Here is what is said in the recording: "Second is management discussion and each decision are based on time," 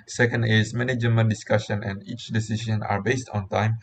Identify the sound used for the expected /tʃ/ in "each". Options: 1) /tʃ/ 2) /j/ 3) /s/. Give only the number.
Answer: 1